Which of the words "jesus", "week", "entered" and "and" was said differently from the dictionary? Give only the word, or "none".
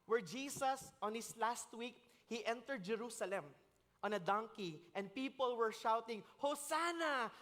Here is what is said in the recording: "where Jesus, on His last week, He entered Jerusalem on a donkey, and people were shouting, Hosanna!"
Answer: jesus